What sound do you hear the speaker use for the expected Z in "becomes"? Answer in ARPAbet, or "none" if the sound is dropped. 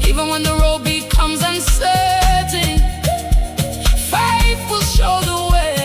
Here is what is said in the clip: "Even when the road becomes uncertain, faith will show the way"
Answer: Z